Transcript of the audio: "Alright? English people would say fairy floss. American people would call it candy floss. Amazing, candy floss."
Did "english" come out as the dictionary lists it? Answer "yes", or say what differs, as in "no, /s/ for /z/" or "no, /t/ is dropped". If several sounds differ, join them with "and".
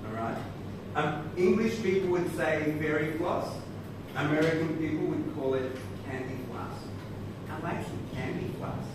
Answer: yes